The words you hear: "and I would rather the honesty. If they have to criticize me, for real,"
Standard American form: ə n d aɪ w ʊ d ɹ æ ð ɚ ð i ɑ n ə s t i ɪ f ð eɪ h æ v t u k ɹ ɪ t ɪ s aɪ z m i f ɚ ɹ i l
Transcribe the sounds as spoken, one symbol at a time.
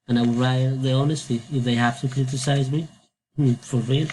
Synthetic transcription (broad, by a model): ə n aɪ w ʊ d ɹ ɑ ɪ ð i ɑ n ə s t i ɪ f ð eɪ h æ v t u k ɹ ɪ t ɪ s aɪ z m i f ɚ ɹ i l